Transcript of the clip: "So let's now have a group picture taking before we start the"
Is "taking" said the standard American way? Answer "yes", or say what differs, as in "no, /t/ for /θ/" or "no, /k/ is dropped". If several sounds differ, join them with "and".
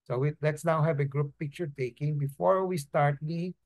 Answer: yes